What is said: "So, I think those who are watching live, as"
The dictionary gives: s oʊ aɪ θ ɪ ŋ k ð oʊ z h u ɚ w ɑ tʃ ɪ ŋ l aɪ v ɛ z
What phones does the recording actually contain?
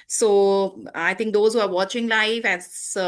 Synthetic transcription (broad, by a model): s oʊ aɪ t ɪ ŋ k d oʊ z h u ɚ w ɑ tʃ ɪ ŋ l aɪ f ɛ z